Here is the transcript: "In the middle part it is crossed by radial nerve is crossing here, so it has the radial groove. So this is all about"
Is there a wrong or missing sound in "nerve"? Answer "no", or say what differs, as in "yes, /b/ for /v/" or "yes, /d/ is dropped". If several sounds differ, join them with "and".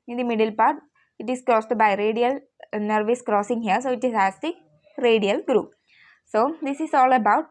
no